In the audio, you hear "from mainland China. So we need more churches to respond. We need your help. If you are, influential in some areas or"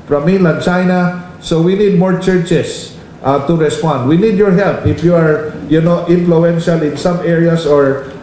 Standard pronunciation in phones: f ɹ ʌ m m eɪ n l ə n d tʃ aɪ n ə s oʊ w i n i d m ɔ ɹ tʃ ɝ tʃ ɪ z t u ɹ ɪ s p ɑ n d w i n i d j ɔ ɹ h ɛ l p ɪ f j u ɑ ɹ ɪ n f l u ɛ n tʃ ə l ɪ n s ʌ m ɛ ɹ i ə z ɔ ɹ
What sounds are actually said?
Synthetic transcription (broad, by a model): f ɹ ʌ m m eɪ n l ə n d tʃ aɪ n ə s oʊ w i n i d m ɔ ɹ tʃ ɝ tʃ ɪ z t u ɹ ɪ s p ɑ n d w i n i d j ɔ ɹ h ɛ l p ɪ f j u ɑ ɹ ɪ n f l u ɛ n ʃ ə l ɪ n s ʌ m ɛ ɹ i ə s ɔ ɹ